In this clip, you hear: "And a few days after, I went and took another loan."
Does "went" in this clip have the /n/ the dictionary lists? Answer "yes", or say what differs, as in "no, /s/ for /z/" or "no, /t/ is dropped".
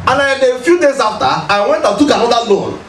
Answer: yes